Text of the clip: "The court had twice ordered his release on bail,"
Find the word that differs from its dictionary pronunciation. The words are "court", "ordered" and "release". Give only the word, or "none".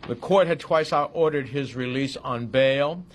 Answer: none